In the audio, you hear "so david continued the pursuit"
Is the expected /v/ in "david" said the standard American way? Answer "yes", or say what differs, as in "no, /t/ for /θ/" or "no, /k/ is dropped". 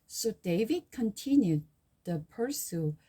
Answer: yes